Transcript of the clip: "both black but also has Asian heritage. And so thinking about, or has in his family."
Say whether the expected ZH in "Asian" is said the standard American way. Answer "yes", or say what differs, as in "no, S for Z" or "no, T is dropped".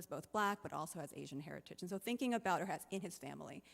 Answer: yes